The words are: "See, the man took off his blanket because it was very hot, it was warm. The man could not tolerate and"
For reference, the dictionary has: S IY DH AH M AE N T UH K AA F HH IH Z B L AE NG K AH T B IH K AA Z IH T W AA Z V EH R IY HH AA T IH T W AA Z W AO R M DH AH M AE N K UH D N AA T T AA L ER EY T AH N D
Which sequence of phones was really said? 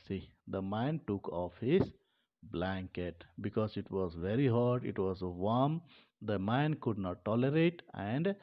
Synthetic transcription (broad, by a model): S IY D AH M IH N T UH K AA F HH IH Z B L AE NG K AH T B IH K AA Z IH T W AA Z V EH R IY HH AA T IH T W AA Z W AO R M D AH M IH N K UH D N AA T T AA L ER EY T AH N D